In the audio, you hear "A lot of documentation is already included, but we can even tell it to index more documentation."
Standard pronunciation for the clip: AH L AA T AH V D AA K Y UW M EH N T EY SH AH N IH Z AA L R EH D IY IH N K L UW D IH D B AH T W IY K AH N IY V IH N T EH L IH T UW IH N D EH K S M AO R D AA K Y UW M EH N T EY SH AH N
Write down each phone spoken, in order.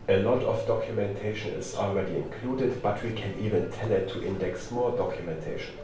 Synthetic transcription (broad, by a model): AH L AA T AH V D AA K Y UW M EH N T EY SH AH N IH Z AA L R EH D IY IH N K L UW D IH D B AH T W IY K AH N IY V IH N T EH N IH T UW IH N D EH K S M AO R D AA K Y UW M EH N T EY SH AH N